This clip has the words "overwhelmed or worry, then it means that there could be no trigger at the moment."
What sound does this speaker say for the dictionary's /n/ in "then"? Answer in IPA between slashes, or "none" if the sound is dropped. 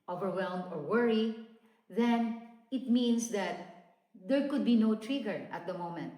/n/